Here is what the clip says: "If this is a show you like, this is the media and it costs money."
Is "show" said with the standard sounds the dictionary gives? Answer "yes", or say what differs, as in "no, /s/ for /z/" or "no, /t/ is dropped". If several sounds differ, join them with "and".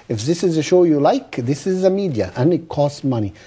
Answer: yes